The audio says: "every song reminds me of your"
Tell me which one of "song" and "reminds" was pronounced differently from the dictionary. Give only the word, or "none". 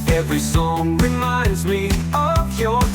none